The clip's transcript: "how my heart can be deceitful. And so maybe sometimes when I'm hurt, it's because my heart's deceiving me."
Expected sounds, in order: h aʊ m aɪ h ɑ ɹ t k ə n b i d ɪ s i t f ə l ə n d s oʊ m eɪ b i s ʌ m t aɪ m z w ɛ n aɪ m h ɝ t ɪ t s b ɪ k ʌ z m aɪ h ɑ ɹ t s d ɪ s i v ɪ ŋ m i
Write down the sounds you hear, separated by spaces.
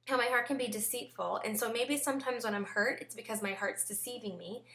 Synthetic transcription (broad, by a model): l m aɪ h ɑ ɹ t k ə n b i d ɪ s i t f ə l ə n s oʊ m eɪ b i s ʌ m t aɪ m z w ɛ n aɪ m h ɝ t ɪ t s b ɪ k ʌ z m aɪ h ɑ ɹ t s d ɪ s i v ɪ ŋ m i